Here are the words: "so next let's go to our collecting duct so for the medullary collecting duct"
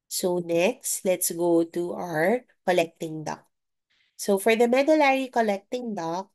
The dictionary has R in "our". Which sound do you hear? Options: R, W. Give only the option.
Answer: R